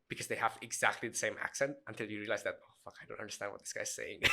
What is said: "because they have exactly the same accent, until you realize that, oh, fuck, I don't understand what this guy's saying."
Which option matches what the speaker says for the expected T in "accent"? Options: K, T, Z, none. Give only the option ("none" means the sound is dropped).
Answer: T